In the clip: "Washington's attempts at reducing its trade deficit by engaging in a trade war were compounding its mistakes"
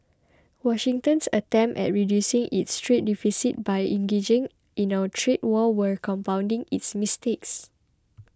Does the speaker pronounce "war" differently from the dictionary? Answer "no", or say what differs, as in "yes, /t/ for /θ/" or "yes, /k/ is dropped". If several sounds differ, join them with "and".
yes, /l/ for /ɹ/